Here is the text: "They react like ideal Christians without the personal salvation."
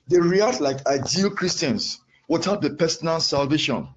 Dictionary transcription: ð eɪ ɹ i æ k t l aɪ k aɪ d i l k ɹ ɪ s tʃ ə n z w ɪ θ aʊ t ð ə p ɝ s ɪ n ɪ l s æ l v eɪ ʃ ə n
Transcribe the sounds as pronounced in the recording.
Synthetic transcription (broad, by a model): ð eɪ ɹ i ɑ t l aɪ k aɪ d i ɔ k ɹ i s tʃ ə n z w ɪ t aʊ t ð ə p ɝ s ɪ n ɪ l s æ l v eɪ ʃ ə n